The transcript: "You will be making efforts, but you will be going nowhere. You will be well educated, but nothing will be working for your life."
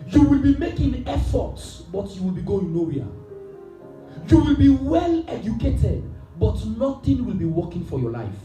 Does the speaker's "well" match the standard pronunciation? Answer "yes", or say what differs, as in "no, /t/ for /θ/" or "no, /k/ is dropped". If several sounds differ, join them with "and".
yes